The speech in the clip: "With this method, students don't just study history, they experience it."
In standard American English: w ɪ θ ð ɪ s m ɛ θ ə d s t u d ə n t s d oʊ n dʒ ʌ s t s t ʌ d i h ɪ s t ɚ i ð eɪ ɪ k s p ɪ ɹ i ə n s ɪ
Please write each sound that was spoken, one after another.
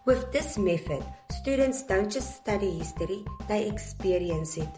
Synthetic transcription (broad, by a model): w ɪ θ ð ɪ s m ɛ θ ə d s t u d ə n t s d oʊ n tʃ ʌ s s t ʌ d i h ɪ s t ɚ i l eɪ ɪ k s p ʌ ɹ i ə n s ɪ